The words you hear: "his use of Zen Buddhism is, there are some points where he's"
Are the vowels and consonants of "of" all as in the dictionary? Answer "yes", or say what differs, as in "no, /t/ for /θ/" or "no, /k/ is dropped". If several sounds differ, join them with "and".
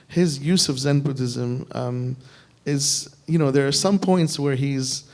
yes